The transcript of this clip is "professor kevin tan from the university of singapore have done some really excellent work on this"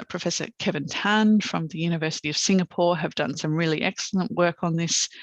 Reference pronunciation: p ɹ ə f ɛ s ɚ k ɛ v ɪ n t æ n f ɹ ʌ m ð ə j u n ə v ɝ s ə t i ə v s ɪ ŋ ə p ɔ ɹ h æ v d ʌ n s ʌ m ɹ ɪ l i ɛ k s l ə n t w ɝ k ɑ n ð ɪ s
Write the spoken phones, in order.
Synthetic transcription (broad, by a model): p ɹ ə f ɛ s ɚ k ɛ v ɪ n t æ n f ɹ ʌ m ð ə j u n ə v ɝ s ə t i ə v s ɪ ŋ ə p ɔ ɹ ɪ v d ʌ n s ʌ m ɹ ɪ l i ɛ k s l ə n t w ɝ k n ð ɪ s